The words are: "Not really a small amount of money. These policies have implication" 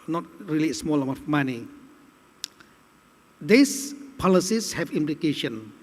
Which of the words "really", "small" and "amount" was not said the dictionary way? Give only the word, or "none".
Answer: amount